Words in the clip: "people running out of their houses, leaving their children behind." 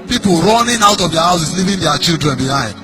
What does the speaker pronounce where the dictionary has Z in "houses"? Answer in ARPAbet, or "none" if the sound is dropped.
S